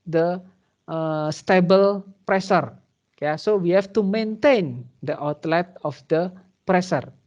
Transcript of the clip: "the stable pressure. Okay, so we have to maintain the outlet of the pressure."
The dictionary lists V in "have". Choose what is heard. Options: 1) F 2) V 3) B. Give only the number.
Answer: 1